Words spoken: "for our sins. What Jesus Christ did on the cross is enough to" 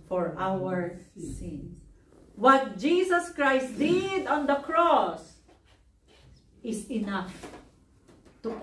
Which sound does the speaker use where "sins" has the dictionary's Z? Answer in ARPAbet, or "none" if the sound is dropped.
none